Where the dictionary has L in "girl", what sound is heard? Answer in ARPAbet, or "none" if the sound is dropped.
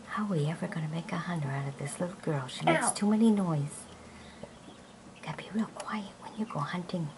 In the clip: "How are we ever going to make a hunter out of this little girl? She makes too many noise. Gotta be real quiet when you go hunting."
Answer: L